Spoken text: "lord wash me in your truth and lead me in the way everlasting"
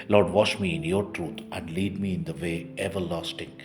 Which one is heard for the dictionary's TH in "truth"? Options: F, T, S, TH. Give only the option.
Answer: T